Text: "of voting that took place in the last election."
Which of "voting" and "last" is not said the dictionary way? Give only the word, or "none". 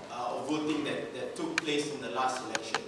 none